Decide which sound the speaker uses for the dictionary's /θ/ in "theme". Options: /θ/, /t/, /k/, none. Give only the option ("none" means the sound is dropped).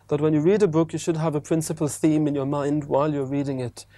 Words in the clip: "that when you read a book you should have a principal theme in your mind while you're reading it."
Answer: /θ/